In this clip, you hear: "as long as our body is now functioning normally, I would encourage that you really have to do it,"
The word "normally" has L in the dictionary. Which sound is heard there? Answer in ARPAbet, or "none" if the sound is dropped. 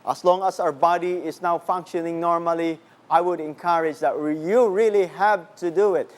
L